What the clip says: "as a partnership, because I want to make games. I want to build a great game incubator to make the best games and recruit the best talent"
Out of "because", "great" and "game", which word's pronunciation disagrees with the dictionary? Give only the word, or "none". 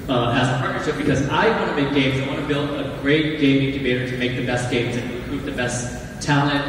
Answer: none